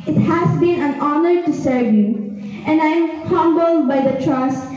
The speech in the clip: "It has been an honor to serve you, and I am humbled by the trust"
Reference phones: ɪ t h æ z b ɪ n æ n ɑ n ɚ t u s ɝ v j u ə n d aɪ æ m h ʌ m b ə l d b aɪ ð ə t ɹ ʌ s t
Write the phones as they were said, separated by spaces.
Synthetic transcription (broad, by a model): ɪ t h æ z b ɪ n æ n ɑ n ɚ t u s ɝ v j u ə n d aɪ m h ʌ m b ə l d b aɪ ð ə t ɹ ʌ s